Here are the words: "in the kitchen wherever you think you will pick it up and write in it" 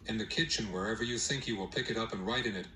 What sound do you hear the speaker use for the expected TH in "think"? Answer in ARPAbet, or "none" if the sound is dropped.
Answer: TH